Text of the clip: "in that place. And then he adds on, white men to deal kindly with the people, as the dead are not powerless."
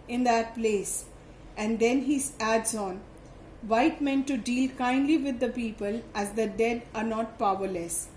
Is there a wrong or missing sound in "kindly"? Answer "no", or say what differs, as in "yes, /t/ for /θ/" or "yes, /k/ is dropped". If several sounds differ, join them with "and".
no